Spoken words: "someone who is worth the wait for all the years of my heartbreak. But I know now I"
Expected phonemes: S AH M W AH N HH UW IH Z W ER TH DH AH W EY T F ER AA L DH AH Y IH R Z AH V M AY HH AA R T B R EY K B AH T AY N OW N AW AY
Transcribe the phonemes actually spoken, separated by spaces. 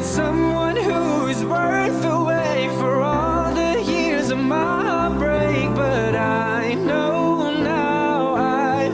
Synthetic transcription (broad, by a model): S AH M W AH N HH UW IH Z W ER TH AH W EY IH F ER AA L DH AH Y IH R Z AH V M AY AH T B R EY K B AH T AY N OW N AW AY